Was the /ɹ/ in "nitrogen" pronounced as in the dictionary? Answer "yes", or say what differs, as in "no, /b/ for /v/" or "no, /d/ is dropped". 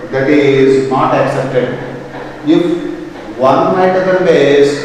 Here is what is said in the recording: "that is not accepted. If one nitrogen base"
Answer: no, /ɹ/ is dropped